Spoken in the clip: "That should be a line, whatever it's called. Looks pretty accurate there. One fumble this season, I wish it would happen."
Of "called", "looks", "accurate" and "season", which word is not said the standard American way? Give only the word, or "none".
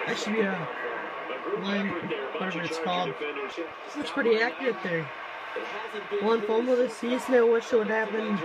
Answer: looks